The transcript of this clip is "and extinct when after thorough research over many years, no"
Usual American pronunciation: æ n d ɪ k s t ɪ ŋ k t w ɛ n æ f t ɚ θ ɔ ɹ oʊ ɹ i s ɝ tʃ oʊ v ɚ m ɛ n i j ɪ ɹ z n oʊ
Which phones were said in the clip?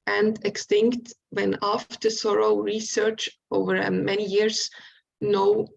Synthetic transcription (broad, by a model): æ n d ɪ k s t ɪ ŋ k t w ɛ n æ f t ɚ s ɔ ɹ oʊ ɹ i s ɝ tʃ oʊ v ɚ m ɛ n i j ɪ ɹ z n oʊ